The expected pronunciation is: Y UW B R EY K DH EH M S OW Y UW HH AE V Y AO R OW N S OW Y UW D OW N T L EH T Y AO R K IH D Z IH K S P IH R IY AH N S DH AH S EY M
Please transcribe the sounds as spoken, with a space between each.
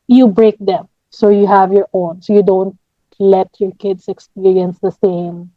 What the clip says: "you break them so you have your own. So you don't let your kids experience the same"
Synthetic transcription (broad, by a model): Y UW B R EY K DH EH M S OW Y UW HH AE V Y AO R OW N S OW Y UW D OW N T L EH T Y AO R K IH D S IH K S P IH R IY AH N S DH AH S EY M